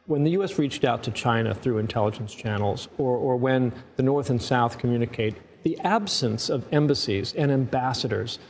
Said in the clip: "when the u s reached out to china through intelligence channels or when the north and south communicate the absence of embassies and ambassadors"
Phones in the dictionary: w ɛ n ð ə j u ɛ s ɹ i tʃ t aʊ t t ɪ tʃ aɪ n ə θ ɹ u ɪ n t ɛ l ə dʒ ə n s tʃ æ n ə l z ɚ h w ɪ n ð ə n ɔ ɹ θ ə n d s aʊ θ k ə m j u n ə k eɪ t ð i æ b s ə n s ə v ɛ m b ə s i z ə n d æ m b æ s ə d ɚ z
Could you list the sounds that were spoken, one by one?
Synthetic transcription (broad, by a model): w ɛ n ð ə j u ɛ s ɹ i tʃ t aʊ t t ɪ tʃ aɪ n ə θ ɹ u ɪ n t ɛ l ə dʒ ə n s tʃ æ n l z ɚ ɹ w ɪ n ð ə n ɔ ɹ θ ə n s aʊ θ k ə m j u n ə k eɪ t ð i æ b s ə n s ə v ɛ m b ə s i z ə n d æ m b æ s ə d ɚ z